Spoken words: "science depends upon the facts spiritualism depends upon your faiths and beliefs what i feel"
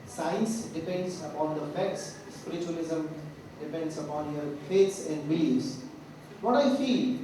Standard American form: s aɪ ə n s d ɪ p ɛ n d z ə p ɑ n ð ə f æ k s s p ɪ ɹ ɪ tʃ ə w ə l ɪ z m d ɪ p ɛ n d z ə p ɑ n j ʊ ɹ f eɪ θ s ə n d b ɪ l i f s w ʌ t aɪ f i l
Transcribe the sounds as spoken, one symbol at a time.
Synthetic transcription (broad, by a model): s aɪ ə n s d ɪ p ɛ n d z ə p ɑ n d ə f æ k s s p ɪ ɹ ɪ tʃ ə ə l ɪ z m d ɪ p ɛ n d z ə p ɑ n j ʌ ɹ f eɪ t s ə n d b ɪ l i s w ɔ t aɪ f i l